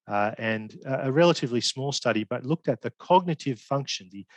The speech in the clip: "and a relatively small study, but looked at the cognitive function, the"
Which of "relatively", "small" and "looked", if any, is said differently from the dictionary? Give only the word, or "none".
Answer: none